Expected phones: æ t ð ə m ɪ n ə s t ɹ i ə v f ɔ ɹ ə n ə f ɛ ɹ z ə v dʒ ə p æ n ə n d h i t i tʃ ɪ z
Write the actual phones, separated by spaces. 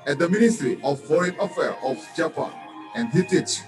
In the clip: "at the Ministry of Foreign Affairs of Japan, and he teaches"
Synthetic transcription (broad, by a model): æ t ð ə m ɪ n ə s t ɹ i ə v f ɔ ɹ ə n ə f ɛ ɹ ə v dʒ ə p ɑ n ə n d h i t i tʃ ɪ